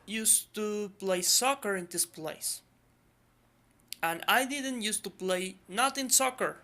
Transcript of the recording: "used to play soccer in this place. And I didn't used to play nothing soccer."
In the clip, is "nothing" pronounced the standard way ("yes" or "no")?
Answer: no